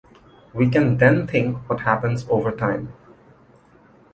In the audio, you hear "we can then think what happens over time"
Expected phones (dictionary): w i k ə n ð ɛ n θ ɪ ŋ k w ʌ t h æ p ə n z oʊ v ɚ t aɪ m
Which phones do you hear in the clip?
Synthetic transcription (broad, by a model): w i k ə n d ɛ n t ɪ ŋ k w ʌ t h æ p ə n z oʊ v ɚ t aɪ m